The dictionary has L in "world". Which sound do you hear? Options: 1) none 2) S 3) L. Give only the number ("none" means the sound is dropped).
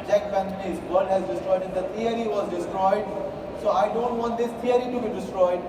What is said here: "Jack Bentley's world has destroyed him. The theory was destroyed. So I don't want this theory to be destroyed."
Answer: 1